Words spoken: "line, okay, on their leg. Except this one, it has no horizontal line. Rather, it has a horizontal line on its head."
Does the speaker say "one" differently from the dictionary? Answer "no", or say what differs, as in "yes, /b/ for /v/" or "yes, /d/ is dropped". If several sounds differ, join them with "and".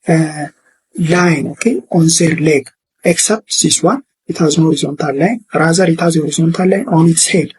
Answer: yes, /n/ is dropped